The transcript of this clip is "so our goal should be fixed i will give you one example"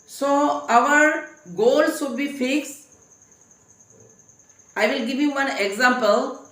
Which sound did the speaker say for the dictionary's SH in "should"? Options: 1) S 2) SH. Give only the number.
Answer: 1